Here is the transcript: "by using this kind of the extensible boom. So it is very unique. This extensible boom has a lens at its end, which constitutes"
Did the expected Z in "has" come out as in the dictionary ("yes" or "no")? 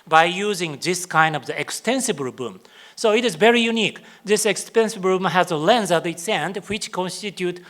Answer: yes